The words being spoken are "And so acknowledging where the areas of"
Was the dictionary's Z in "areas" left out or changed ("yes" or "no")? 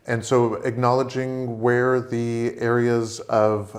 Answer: no